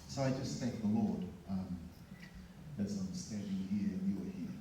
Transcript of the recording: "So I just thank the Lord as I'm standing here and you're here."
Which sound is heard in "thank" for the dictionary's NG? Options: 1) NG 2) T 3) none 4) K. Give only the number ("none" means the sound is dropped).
3